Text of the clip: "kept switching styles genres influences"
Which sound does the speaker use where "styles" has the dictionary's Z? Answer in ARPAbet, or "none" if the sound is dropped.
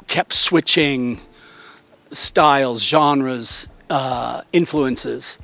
Z